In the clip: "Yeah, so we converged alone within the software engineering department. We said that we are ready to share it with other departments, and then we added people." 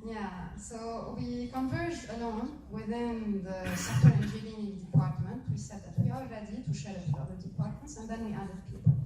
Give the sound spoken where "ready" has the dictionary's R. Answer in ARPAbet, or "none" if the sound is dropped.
L